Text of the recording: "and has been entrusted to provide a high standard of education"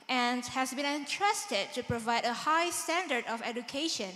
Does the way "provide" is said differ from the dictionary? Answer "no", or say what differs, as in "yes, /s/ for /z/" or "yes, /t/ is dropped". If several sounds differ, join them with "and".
no